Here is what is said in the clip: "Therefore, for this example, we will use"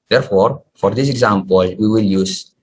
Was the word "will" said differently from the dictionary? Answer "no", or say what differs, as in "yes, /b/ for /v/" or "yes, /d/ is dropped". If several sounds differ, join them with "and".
no